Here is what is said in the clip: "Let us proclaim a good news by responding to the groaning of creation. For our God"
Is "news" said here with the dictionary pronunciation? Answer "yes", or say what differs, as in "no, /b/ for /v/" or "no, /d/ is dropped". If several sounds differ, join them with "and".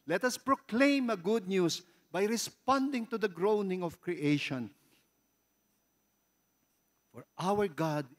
no, /s/ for /z/